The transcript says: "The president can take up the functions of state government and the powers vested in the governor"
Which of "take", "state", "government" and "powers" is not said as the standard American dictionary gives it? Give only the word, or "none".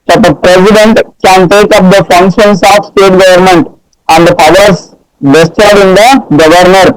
powers